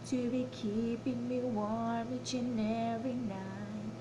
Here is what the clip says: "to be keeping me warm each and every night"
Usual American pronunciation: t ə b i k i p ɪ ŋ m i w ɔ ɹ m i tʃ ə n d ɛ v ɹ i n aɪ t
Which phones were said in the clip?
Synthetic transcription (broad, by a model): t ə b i k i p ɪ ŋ m i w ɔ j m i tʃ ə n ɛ ɹ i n aɪ